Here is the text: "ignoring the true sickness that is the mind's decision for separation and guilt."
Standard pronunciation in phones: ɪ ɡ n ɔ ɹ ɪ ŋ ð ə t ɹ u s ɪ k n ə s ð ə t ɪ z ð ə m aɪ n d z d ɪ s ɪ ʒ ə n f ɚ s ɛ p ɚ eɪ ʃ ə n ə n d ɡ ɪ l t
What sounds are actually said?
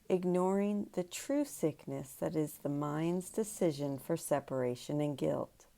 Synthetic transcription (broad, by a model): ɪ ɡ n ɔ ɹ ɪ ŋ ð ə t ɹ u s ɪ k n ə s ð ə t ɪ z ð ə m aɪ n d z d ɪ s ɪ ʒ ə n f ɚ s ɛ p ɚ eɪ ʃ ə n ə n ɡ ɪ l t